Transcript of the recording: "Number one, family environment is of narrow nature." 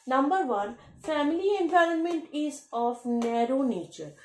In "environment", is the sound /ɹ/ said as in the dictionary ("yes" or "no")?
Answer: yes